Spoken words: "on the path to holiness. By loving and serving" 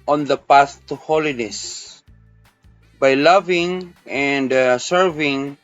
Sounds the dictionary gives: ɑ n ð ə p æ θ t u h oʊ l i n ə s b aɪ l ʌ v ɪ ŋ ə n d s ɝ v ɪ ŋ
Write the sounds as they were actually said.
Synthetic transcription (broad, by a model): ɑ n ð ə p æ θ t u h oʊ l i n ə s b aɪ l ʌ v ɪ ŋ ə n d s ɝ v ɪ ŋ